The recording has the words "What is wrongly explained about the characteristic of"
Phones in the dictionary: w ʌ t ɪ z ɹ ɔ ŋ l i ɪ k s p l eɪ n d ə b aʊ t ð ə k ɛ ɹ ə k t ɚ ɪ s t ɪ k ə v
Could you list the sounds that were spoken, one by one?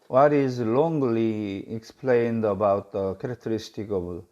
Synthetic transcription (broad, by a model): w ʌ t ɪ z l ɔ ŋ l i ɪ k s p l eɪ n d ə b aʊ t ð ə k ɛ ɹ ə k t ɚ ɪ s t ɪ k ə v